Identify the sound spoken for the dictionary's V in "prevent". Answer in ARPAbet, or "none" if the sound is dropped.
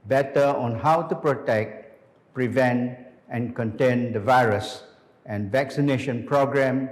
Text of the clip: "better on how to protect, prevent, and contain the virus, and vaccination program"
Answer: V